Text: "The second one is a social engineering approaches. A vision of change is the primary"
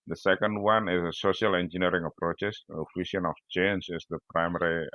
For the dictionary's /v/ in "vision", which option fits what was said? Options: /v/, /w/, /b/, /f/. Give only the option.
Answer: /f/